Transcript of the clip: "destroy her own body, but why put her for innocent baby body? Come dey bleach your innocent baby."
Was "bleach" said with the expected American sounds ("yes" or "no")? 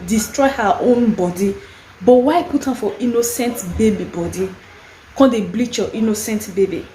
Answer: yes